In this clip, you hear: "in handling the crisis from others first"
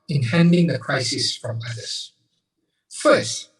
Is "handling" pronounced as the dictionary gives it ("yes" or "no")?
no